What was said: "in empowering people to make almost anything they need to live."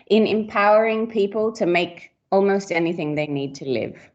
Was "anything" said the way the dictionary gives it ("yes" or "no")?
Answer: yes